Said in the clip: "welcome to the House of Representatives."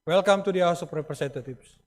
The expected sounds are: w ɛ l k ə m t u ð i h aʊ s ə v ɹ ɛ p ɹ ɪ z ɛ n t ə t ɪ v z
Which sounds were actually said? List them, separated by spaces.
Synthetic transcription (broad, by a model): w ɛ l k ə m t u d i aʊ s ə p ɹ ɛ p ɹ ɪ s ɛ n t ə t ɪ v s